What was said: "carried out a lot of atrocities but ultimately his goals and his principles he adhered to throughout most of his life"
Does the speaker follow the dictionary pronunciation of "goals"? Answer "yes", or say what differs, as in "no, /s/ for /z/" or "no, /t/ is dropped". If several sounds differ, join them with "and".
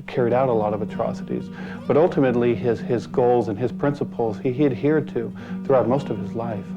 yes